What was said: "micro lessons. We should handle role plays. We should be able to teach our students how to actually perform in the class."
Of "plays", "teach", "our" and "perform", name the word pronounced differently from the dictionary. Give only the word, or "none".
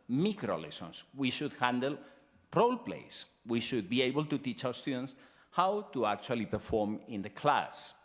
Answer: plays